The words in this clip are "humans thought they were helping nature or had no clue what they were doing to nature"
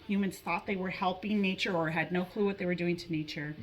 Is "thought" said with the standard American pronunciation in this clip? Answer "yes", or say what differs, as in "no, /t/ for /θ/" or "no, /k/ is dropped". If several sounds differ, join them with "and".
yes